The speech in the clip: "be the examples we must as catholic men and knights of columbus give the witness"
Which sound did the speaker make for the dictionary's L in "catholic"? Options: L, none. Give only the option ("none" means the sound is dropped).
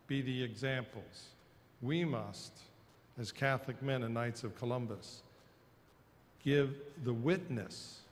L